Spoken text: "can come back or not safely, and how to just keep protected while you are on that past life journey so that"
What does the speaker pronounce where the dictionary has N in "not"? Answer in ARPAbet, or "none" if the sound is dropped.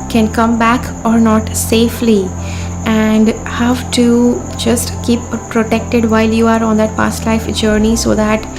N